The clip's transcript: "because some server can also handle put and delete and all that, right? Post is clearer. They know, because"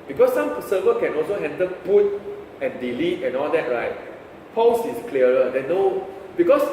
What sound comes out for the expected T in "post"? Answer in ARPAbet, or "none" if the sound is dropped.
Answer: none